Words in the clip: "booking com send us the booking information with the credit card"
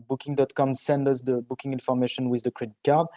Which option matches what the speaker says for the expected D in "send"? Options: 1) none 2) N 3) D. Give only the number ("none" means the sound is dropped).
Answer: 3